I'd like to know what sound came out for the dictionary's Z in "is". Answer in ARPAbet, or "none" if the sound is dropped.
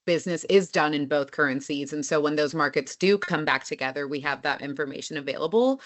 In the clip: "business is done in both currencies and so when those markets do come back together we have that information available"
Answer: Z